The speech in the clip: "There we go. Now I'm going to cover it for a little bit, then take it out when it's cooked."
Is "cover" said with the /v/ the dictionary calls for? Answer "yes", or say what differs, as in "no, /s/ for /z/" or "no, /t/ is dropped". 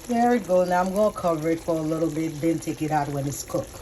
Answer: yes